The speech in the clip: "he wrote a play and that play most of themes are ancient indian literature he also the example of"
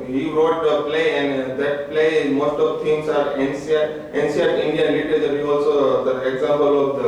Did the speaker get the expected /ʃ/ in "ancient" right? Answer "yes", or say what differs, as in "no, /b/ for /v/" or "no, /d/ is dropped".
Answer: no, /s/ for /ʃ/